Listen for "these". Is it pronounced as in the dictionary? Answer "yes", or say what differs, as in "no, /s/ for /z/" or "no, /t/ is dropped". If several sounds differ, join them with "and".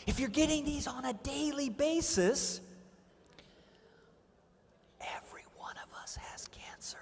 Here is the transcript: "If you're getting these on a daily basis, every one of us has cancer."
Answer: yes